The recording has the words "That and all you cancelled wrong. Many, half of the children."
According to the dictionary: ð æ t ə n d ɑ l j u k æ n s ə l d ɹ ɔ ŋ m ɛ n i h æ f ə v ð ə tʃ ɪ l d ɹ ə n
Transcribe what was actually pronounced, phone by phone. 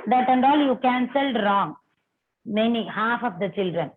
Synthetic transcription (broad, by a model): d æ t ə n d ɑ l j u k æ n s ə l d ɹ ɔ ŋ m ɛ n i h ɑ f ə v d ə tʃ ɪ l d ɹ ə n